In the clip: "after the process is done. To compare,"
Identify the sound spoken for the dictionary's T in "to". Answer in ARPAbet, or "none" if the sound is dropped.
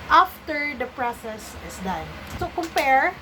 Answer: S